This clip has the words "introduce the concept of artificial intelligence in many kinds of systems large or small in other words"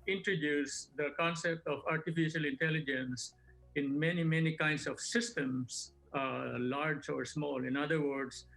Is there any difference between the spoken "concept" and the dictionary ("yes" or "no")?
no